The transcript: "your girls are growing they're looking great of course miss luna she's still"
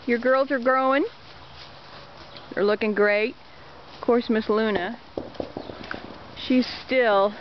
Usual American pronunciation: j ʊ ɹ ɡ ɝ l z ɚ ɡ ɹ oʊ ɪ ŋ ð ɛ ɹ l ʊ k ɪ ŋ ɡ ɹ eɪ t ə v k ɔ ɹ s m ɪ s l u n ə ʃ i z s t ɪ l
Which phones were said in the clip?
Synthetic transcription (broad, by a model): j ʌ ɹ ɡ ɝ l z ɚ ɡ ɹ oʊ ɪ ŋ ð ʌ ɹ l ʊ k ɪ ŋ ɡ ɹ eɪ ə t k ɔ ɹ s m ɪ s l u n ə ʃ i z s t ɪ l